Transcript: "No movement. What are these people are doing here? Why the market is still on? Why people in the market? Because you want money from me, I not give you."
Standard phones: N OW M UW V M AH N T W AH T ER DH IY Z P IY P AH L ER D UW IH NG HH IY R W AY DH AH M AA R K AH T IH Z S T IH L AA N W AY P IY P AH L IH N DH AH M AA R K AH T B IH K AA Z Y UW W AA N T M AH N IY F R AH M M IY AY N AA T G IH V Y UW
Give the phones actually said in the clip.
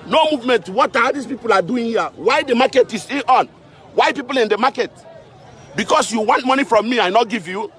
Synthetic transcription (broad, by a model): N OW M UW V M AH N T W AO T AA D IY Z P IY P AH L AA D UW IH NG HH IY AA W AY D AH M AA K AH T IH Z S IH AA N W AY P IY P AH L IH N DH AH M AA K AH T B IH K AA S Y UW W AA N T M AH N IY F R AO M M IY AY N AA T G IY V Y UW